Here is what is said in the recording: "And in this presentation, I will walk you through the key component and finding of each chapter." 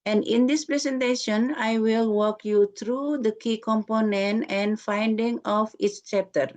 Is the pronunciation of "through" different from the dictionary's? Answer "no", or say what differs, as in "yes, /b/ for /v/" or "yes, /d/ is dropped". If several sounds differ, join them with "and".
yes, /t/ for /θ/